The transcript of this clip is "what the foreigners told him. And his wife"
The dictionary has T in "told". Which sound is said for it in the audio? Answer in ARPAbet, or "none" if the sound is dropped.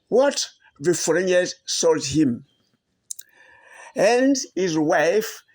S